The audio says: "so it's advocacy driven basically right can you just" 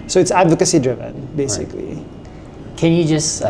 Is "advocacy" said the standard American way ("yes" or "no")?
yes